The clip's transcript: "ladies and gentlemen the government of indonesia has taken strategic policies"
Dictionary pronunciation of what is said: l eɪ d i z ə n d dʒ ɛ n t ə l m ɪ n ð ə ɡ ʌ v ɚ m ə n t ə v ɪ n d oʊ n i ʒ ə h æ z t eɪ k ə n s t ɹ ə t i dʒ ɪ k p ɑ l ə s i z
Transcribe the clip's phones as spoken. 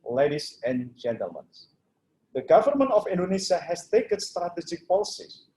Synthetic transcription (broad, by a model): l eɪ d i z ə n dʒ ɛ n t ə l m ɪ n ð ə ɡ ʌ v ɚ m ə n t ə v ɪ n d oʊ n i ʃ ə h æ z t eɪ k ə n s t ɹ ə t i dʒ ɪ k p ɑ l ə s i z